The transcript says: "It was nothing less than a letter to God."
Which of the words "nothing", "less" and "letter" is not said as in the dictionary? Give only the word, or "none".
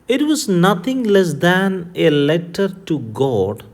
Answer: nothing